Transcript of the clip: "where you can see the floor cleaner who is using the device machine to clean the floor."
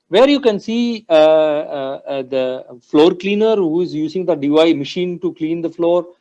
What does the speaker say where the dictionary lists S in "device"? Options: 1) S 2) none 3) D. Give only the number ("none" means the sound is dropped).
2